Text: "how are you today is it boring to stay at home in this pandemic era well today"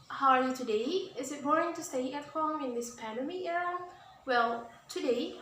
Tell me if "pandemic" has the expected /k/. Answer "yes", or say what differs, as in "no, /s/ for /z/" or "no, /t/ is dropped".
no, /k/ is dropped